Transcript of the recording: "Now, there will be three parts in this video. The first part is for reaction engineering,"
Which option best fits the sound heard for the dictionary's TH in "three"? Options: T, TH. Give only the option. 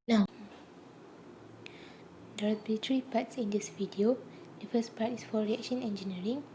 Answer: T